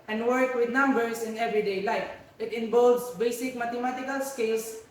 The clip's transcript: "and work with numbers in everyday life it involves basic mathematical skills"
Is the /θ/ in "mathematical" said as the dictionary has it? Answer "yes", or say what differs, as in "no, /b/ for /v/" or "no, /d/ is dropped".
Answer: no, /t/ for /θ/